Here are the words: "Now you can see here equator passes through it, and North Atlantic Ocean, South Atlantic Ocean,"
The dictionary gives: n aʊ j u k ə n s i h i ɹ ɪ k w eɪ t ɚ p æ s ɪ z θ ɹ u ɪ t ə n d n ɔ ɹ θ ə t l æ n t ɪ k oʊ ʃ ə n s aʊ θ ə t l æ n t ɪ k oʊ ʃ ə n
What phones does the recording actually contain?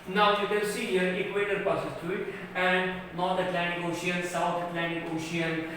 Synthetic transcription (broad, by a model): n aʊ j u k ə l s i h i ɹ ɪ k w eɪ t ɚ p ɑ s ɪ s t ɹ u ɪ t ə n d n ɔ ɹ t ə t l æ n t ɪ k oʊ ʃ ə n s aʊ t ə t l æ n t ɪ k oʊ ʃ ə n